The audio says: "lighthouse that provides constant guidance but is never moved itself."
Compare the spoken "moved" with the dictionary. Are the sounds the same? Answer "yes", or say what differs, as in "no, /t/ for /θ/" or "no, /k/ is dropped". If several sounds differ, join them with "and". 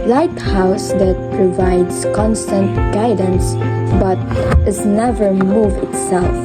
no, /d/ is dropped